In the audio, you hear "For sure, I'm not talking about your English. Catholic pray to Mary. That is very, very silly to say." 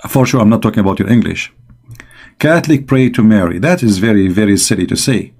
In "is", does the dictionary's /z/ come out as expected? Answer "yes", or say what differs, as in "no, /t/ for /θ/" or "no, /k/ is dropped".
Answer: yes